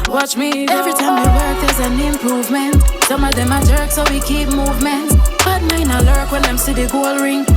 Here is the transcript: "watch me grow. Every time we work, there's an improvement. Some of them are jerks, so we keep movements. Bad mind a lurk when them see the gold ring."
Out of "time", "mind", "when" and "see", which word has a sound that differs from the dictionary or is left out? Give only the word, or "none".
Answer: mind